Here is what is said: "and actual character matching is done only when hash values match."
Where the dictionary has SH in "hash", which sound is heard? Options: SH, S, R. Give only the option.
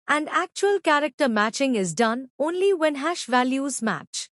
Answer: SH